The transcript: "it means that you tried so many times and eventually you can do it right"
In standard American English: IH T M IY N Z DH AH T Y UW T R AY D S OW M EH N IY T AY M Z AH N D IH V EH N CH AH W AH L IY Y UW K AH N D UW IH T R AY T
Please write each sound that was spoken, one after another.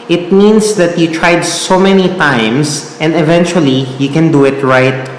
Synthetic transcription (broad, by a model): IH T M IY N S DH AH T Y UW T R AY D S OW M EH N IY T AY M S AH N D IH V EH N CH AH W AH L IY Y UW K AH N D UW IH T R AY T